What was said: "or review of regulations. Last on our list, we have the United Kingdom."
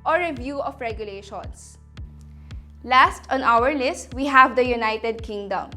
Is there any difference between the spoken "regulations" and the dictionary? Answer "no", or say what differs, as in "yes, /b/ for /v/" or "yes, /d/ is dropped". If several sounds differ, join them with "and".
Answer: yes, /s/ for /z/